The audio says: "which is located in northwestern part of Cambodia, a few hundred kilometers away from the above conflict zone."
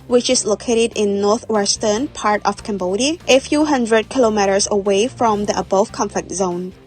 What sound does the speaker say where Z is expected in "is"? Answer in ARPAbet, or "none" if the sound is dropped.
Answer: S